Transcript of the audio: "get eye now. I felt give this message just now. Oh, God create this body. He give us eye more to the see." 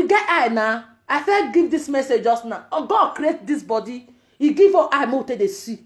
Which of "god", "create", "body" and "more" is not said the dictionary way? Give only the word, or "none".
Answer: more